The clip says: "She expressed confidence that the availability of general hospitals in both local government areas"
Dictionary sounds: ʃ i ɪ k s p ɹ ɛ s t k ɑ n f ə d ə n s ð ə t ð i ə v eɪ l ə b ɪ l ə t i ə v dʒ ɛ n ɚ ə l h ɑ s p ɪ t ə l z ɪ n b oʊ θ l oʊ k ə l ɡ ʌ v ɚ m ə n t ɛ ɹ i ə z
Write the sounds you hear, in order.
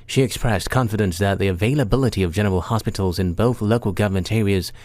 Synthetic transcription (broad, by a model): ʃ i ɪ k s p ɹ ɛ s k ɑ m f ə d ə n s ð ə t ð i ə v eɪ l ə b ɪ l ə t i ə v dʒ ɛ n ɚ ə l h ɑ s p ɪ t l z ɪ n b oʊ θ l oʊ k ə l ɡ ʌ v ɚ m ə n t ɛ ɹ i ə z